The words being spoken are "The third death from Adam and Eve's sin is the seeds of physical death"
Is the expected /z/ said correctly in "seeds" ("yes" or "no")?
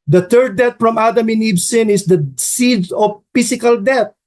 no